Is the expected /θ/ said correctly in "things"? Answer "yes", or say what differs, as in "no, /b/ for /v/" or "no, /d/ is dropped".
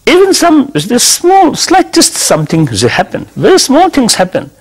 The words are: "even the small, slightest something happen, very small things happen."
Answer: no, /t/ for /θ/